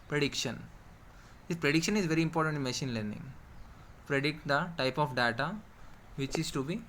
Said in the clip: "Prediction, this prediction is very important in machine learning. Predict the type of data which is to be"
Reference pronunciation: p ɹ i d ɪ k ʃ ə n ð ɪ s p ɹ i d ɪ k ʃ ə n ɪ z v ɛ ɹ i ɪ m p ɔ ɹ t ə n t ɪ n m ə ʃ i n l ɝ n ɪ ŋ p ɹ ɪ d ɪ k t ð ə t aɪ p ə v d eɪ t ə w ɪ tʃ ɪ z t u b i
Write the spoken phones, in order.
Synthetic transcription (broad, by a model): p ɹ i d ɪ k ʃ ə n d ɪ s p ɹ i d ɪ k ʃ ə n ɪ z v ɛ ɹ i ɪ m p ɔ ɹ t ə n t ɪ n m ə ʃ i n l ɝ n ɪ ŋ p ɹ ɪ d ɪ k t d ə t aɪ p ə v d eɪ t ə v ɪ tʃ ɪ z t u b i